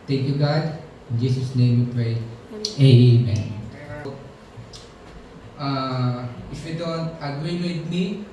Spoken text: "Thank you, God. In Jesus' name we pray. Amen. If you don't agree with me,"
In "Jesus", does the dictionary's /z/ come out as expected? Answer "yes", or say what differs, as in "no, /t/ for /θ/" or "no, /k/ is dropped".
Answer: no, /s/ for /z/